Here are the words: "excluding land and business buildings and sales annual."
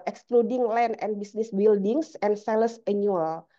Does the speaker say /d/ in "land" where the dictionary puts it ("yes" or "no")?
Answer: no